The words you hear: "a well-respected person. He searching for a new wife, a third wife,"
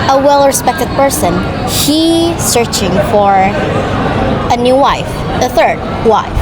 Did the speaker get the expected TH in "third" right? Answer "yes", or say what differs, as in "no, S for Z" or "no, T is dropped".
yes